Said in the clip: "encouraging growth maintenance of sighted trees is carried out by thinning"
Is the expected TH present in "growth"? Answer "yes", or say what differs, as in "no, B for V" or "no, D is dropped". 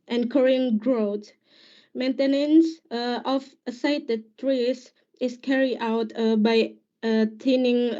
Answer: no, T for TH